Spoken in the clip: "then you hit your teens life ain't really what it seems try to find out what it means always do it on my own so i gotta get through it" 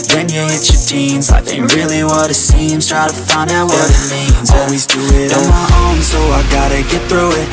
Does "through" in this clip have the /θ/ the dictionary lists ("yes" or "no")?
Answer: yes